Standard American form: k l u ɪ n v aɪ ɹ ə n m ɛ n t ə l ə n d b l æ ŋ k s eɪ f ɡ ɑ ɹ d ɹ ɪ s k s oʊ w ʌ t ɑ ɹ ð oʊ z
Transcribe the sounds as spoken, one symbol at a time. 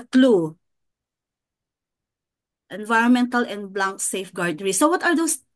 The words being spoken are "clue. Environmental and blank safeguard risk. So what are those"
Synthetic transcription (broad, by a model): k l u ɪ n v aɪ ɹ ə n m ɛ n t ə l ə n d b l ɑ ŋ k s eɪ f ɡ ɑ ɹ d ɹ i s s oʊ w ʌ t ɑ ɹ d oʊ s